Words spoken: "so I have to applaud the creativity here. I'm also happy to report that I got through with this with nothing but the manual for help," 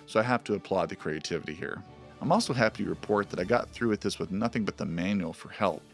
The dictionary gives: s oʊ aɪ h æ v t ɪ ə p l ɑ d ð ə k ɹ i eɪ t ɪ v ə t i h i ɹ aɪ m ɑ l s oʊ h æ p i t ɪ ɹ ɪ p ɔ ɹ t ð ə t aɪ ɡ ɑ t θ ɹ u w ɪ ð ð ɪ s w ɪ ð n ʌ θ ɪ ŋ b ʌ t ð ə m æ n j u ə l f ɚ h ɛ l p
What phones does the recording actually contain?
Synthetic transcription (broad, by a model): s oʊ aɪ h æ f t ɪ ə p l ɑ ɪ ð ə k ɹ i eɪ t ɪ v ə t i h i ɹ aɪ m ɑ l s oʊ h æ p i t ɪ ɹ ɪ p ɔ ɹ t ð ə t aɪ ɡ ɑ t θ ɹ u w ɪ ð ð ɪ s w ɪ ð n ʌ θ ɪ ŋ b ʌ t ð ə m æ n j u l f ɚ h ɛ l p